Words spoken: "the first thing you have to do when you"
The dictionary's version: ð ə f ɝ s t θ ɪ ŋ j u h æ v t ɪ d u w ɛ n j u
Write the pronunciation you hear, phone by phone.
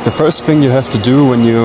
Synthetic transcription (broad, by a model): ð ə f ɝ s t θ ɪ ŋ j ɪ h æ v t ɪ d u w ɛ n j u